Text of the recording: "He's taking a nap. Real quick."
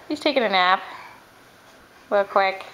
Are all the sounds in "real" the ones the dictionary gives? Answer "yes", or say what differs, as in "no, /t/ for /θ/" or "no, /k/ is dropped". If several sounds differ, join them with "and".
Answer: no, /w/ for /ɹ/